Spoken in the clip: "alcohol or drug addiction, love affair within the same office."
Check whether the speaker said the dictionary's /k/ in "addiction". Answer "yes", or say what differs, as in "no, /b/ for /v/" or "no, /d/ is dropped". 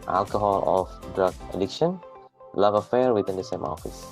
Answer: yes